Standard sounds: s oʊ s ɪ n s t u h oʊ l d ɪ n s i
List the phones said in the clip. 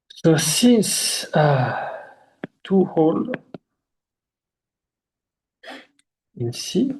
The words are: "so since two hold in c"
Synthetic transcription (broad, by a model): s oʊ s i n s t u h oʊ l ɪ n s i